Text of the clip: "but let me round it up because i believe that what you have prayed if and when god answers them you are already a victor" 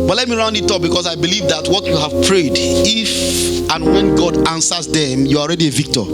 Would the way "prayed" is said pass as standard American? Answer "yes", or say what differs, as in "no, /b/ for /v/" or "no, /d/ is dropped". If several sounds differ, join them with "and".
yes